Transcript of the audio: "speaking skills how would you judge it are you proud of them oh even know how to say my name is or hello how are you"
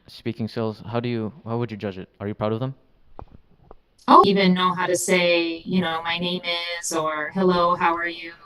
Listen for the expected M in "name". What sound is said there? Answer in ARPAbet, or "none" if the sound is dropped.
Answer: M